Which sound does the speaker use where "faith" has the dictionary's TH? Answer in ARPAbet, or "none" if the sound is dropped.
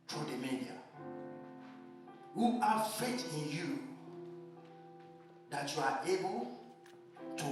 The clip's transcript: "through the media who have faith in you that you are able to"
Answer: T